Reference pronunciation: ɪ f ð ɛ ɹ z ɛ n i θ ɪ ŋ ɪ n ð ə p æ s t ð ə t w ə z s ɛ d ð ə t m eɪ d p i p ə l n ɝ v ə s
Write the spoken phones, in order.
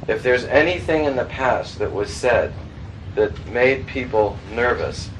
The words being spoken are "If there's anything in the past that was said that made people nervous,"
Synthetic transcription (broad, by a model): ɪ f ð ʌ ɹ z ɛ n i θ ɪ ŋ ɪ n ð ə p æ s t ð ə t w ə z s ɛ d ð ə t m eɪ d p i p l n ɝ v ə s